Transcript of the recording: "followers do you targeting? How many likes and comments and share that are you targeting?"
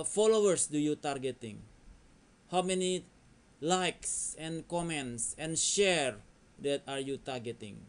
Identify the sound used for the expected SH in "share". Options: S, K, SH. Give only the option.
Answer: SH